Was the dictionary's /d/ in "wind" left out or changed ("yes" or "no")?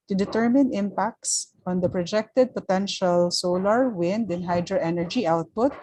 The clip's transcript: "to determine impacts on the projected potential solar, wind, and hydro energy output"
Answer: no